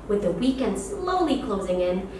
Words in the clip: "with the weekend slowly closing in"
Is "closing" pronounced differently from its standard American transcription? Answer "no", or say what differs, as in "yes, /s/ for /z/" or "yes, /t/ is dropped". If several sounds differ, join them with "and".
no